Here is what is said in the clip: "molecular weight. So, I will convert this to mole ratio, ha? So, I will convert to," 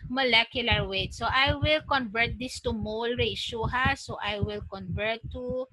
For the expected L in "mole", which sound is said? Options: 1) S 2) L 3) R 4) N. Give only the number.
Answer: 2